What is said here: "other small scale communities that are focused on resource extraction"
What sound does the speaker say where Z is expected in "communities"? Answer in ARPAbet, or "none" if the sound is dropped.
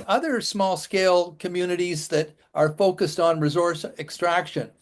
Z